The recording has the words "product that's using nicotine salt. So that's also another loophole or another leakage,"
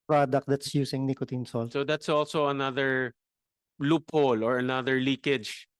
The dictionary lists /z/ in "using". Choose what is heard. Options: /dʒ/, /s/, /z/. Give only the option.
/s/